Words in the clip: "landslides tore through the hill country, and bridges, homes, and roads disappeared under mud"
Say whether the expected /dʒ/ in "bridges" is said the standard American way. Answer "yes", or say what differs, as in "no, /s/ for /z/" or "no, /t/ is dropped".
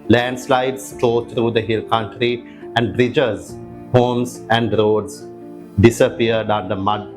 yes